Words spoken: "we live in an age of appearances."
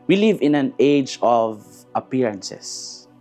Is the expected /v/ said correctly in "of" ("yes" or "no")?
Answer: yes